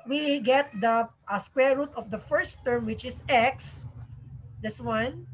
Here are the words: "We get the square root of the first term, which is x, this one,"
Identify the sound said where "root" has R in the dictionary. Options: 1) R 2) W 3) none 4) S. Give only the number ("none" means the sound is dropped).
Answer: 1